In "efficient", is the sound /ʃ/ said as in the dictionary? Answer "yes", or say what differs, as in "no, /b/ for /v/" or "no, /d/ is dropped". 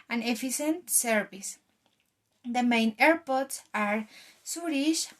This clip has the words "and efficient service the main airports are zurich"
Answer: no, /s/ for /ʃ/